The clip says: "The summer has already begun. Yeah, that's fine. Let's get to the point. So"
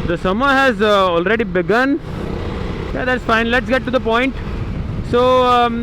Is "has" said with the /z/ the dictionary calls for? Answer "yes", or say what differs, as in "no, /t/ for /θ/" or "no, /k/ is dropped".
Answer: yes